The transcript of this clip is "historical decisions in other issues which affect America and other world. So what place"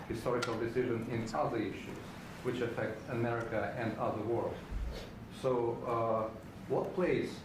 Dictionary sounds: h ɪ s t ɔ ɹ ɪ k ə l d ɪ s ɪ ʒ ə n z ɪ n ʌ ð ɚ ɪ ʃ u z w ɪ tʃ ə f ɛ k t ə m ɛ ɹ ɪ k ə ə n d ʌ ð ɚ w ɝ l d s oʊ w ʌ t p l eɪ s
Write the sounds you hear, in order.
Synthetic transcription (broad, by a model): h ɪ s t ɔ ɹ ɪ k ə l d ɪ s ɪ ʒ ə n ɪ n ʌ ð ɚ ɪ ʃ u z w ɪ tʃ ə f ɛ k t ə m ɛ ɹ ɪ k ə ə n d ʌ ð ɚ w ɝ l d s oʊ w ʌ t p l eɪ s